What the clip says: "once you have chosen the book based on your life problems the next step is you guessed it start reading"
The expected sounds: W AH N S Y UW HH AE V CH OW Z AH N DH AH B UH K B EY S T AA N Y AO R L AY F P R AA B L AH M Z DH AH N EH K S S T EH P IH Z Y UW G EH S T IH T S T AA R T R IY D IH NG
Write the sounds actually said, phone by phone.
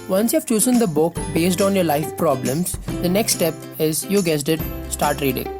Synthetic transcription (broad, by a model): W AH N S Y UW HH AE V CH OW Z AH N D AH B UH K B EY S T AA N Y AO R L AY F P R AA B L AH M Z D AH N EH K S S T EH P IH Z Y UW G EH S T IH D S T AA R T R IY D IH NG